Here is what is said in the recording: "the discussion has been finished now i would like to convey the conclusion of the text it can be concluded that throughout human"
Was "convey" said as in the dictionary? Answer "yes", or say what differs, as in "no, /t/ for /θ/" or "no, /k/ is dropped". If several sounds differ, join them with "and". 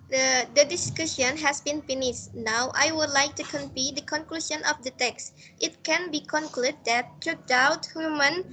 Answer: no, /p/ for /v/